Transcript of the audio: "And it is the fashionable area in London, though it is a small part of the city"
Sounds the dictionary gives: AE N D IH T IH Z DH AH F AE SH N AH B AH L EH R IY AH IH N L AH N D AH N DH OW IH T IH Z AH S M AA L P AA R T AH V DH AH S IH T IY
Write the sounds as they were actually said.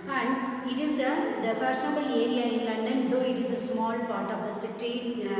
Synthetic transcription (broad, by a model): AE N D IH T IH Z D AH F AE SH AH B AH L EH R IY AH IH N L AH N D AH N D OW IH T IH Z AH S M AA L P AA R T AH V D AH S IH T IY